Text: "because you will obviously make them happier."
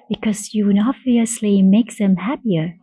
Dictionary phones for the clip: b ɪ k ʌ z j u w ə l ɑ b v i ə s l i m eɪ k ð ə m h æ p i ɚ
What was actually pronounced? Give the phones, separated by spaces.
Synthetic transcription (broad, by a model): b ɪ k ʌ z j u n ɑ v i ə s l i m eɪ k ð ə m h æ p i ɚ